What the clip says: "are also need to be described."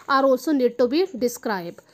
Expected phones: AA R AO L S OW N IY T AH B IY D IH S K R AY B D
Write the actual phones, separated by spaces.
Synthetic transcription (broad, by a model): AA R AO S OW N IY T AH B IY D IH S K R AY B